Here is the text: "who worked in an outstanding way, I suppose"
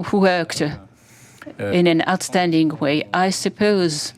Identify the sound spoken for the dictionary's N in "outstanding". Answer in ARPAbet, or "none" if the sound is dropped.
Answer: N